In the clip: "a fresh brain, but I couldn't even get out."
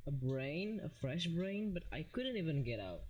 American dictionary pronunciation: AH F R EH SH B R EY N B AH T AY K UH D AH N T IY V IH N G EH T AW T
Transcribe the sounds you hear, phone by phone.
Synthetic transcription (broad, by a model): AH F R EH SH B R EY N B AH T AY K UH D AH N T IY V IH N G EH T AW T